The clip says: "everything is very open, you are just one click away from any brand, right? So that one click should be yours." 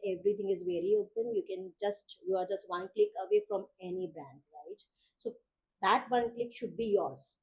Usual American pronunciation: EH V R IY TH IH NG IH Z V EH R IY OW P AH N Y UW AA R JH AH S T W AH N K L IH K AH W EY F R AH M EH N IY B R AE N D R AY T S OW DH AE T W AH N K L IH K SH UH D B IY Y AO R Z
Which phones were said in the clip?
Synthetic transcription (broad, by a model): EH V R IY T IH NG IH Z V EH R IY OW P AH N Y UW AA R JH AH S T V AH N K L IH K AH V EY F R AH M EH N IY B AE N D R AY T S OW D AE T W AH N K L IH K SH UH D B IY Y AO R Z